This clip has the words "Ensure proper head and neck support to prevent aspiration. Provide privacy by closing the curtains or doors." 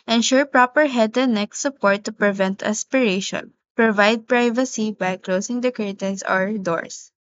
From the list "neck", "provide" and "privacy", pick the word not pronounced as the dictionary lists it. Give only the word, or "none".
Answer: none